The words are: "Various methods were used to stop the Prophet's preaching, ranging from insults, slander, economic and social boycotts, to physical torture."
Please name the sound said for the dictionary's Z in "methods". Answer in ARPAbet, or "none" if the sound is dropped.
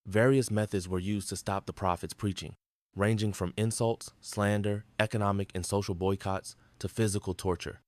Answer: Z